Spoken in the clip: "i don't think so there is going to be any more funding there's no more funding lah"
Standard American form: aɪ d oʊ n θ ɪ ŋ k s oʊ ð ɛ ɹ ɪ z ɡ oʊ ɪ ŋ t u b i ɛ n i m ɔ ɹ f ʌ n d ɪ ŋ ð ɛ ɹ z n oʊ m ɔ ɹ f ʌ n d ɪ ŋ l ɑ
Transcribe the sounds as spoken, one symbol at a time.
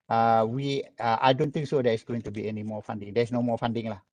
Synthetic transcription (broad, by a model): aɪ d oʊ n t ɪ ŋ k s oʊ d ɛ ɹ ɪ s ɡ oʊ ɪ ŋ t u b i ɛ n i m ɔ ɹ f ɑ n d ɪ ŋ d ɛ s n oʊ m ɔ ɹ f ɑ n d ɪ ŋ l ɑ